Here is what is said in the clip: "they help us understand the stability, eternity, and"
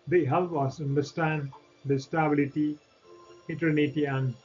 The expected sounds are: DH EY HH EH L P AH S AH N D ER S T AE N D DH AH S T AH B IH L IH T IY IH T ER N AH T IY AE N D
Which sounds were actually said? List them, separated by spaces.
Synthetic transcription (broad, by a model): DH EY HH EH L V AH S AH N D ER S T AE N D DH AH S T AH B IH L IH T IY IH T ER N AH T IY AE N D